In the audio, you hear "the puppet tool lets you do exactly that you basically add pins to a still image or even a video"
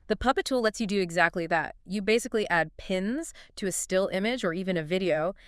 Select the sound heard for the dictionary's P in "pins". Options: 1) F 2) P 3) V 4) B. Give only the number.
2